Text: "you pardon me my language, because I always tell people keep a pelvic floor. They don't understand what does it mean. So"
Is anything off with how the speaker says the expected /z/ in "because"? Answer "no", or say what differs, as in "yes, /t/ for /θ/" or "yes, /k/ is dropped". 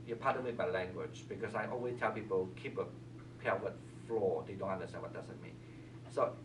yes, /s/ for /z/